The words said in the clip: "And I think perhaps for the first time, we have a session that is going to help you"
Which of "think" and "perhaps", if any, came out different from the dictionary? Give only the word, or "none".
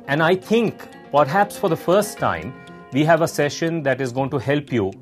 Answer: think